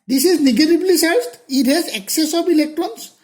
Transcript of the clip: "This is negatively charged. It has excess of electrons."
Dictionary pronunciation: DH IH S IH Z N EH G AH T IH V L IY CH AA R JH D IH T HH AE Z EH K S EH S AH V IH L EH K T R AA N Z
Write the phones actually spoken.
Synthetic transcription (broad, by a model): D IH S IH Z N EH G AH T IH B L IY S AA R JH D IH T HH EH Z EH K S EH S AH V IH L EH K T R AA N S